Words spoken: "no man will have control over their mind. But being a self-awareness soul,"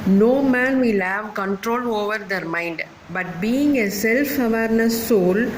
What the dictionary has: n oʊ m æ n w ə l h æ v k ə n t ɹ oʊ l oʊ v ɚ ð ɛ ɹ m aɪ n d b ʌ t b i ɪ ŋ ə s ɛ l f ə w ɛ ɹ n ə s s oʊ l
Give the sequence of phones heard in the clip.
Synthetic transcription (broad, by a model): n oʊ m æ n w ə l h æ v k ə n t ɹ oʊ l oʊ v ɚ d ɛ ɹ m aɪ n d b ʌ t b i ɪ ŋ ə s ɛ l f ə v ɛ ɹ n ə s s oʊ l